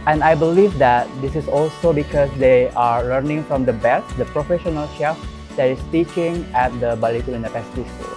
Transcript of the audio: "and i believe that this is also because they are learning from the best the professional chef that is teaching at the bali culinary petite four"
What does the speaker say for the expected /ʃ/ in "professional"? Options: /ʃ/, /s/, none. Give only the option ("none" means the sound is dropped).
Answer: /ʃ/